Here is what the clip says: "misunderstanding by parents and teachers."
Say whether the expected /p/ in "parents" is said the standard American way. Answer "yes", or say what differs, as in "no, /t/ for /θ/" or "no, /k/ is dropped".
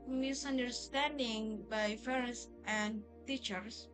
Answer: no, /f/ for /p/